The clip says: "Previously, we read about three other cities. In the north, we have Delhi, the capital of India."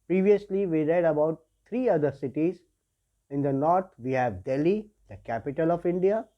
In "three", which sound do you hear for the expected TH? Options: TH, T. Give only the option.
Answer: T